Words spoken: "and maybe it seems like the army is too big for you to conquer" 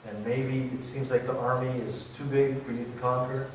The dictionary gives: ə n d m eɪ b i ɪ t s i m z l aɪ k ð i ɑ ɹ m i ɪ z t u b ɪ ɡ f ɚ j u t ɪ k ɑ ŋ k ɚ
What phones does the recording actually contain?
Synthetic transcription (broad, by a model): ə n m eɪ b i ɪ t s i m z l aɪ k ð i ɑ ɹ m i ɪ z t u b ɪ ɡ f ɚ j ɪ t ɪ k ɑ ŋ k ɚ